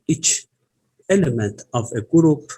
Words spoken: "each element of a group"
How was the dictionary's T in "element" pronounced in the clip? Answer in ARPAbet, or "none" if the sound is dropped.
T